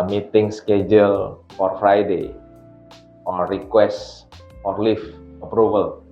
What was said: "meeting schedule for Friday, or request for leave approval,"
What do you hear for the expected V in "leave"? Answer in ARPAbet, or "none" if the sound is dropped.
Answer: F